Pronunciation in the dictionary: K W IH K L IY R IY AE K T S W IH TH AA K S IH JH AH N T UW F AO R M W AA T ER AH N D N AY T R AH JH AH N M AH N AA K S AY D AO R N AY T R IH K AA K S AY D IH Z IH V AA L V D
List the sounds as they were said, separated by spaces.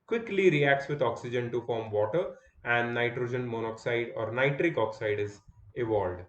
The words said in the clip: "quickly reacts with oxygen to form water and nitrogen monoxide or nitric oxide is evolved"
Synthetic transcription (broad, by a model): K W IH K L IY R IY AE K T S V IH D AA K S IH JH AH N T UW F AO R M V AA T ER AH N D N AY T R AH JH AH N M AH N AA K S AY D AO R N AY T R IH K AA K S AY D IH Z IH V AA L D